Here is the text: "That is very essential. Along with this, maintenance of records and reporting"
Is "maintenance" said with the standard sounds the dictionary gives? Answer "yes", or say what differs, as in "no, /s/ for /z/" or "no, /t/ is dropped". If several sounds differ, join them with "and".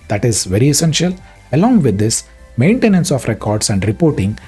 yes